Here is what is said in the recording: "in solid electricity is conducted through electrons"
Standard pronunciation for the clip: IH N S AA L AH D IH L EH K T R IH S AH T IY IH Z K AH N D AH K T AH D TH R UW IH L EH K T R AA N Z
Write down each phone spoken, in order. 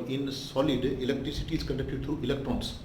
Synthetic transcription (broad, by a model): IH N S AA L AH D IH L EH K T R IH S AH T IY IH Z K AH N D AH K T AH D T R UW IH L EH K T R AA N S